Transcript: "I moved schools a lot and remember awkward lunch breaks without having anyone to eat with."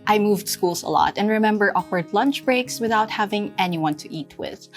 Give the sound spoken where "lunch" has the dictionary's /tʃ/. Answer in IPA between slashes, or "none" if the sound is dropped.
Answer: /tʃ/